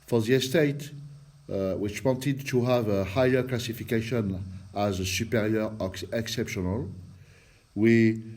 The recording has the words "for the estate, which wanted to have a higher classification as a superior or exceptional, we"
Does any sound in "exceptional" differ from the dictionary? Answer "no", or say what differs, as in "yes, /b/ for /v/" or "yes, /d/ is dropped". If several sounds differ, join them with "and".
no